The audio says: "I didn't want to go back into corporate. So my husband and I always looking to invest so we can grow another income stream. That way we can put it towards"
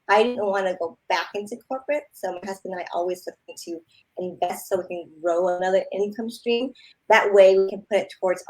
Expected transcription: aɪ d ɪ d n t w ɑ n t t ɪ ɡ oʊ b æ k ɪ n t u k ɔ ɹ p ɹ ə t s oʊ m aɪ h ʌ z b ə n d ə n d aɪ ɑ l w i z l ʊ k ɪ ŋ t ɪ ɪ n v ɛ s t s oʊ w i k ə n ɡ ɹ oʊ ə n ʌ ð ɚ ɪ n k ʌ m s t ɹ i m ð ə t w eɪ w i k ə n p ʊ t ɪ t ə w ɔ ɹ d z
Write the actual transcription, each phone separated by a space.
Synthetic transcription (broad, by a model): aɪ d ɪ d n t w ɑ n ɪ ɡ oʊ b æ k ɪ n t u k ɔ ɹ p ɹ ə t s oʊ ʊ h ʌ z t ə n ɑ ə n ɑ l w i z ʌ ɪ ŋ t ɪ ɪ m v ɛ s t s oʊ w i k ə n ɡ ɹ oʊ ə n ʌ ð ɚ ɪ n k ʌ m s t ɹ i m ð ə t w eɪ w i k ə n p ʊ t ɪ t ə w ɔ ɹ d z